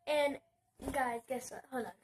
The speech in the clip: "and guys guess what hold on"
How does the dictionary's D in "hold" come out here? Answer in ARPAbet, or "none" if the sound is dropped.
none